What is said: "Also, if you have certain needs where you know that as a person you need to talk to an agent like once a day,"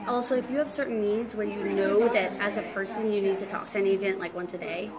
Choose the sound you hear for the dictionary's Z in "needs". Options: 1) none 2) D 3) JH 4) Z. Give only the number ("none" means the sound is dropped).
4